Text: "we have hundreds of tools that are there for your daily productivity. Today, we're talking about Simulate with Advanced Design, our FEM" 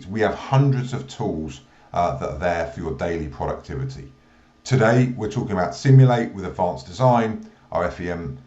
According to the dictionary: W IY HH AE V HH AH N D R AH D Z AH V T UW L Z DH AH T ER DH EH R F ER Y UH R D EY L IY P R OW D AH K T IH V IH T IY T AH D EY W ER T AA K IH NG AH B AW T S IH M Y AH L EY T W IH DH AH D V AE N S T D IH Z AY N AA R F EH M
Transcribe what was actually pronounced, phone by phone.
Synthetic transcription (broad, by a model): W IY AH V HH AH N D R AH D Z AH V T UW L Z DH AH T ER DH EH F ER Y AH D EY L IY P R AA D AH K T IH V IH T IY T AH D EY W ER T AA K IH NG AH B AW T S IH M Y AH L EY T W IH DH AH D V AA N S D IH Z AY N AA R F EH M